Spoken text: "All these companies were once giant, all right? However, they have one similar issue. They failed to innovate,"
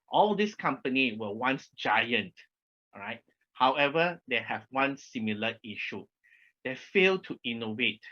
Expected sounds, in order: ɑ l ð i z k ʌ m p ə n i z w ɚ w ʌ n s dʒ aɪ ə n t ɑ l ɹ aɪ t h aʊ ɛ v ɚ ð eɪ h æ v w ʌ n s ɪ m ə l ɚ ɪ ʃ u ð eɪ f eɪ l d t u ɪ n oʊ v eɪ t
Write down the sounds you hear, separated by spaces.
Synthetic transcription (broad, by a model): ɑ l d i s k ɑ m p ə n i w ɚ w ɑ n s dʒ aɪ ə n t ɹ aɪ t h aʊ ɛ v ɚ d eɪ h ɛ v w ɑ n s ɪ m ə l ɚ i ʃ u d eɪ f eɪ l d t u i n oʊ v eɪ t